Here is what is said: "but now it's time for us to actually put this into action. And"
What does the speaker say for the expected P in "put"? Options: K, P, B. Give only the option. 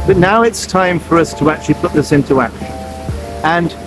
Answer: P